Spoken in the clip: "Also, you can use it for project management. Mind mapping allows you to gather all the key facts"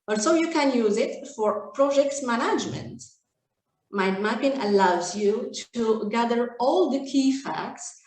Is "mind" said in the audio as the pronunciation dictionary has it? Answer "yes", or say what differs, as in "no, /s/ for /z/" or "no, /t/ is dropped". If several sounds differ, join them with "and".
no, /n/ is dropped